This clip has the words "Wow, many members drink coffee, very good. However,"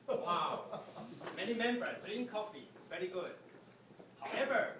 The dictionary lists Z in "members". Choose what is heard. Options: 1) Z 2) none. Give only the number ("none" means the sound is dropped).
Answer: 2